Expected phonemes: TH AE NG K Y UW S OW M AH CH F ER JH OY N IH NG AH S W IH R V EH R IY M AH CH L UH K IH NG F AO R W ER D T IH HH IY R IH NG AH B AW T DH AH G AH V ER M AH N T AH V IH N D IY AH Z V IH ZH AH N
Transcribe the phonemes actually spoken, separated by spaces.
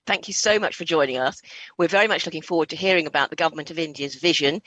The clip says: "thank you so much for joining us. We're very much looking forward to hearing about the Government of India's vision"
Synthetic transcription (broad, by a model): TH AE NG K Y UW S OW M AH CH F ER JH OY N IH NG AH S W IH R V EH R IY M AH CH L UH K IH NG F AO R W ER D T IH HH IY R IH NG AH B AW T DH AH G AH V ER M AH N T AH V IH N D IY AH Z V IH ZH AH N